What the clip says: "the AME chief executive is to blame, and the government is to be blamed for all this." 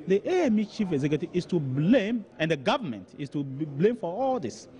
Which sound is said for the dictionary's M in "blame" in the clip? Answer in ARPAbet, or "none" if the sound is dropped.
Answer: M